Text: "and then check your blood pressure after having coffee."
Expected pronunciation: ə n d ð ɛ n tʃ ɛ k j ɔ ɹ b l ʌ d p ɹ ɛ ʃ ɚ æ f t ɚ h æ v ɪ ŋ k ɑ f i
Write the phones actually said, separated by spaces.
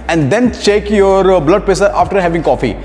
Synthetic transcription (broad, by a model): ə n d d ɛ n tʃ ɛ k j ɔ ɹ b l ʌ d p ɛ s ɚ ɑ f t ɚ h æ v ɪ ŋ k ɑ f i